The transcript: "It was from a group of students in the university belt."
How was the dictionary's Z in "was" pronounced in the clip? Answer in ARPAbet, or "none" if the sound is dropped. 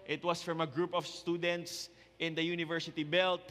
S